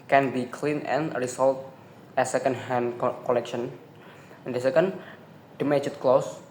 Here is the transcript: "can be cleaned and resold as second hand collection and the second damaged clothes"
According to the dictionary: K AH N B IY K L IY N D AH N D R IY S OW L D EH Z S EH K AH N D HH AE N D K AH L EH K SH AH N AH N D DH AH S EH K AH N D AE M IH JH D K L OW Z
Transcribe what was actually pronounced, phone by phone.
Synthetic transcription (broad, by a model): K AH N B IY K L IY N AH N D R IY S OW L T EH S EH K AH N D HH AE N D K AH L EH K SH AH N AH N D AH S EH K AH N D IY M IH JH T K L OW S